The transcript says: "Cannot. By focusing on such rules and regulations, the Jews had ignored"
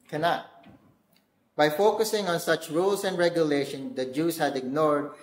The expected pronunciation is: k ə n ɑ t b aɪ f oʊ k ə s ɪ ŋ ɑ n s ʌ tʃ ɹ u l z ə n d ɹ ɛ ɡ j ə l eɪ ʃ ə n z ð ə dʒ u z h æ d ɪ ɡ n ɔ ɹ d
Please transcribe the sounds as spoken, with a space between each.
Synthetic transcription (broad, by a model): k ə n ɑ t b aɪ f oʊ k ə s ɪ ŋ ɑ n s ʌ tʃ ɹ u l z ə n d ɹ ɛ ɡ j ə l eɪ ʃ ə n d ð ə dʒ u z h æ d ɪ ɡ n ɔ ɹ d